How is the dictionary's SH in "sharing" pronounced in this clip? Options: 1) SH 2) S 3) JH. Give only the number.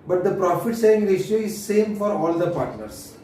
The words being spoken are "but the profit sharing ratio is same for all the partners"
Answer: 2